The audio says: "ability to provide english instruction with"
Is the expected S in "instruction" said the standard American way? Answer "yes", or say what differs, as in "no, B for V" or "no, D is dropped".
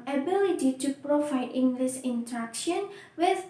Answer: no, S is dropped